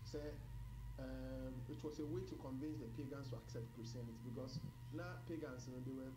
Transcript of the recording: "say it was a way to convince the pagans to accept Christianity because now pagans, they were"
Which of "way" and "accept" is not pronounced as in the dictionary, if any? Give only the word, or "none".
none